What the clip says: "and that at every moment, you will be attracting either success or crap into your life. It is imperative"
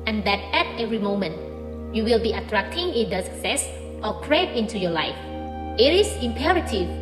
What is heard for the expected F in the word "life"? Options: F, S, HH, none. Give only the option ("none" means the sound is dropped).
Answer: F